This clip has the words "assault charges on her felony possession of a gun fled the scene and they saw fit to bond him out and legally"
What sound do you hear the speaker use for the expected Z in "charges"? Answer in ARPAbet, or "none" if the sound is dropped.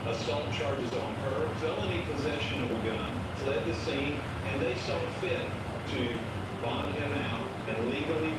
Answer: Z